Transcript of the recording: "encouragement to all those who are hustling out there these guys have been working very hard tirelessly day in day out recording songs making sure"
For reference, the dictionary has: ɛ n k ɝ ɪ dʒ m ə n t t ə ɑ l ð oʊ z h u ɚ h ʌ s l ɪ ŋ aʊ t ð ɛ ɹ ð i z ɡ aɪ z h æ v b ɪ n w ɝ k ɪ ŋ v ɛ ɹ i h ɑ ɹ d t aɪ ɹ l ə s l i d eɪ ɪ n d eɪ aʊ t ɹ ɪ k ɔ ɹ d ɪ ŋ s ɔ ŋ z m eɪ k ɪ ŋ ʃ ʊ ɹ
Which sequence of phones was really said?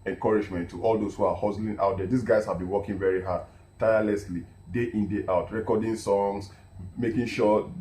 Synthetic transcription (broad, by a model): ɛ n k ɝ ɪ dʒ m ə n t t ɑ l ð oʊ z h u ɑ h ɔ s l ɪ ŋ aʊ t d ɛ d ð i s ɡ aɪ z h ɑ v b ɪ n w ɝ k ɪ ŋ v ɛ ɹ i h ɑ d t aɪ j l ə s l i d eɪ ɪ n d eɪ aʊ t ɹ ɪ k ɔ d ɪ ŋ s ɔ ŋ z m eɪ k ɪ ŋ ʃ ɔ